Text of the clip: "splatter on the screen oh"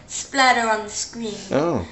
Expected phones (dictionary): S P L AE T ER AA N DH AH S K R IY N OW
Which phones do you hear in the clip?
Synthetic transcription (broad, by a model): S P L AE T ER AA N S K W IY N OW